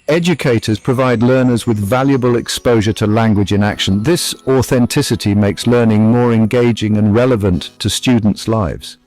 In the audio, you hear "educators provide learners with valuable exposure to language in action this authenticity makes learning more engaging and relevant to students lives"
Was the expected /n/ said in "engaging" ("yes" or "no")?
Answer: yes